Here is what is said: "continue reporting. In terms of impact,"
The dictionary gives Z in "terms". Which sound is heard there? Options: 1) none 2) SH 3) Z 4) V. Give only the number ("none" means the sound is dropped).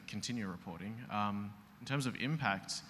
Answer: 3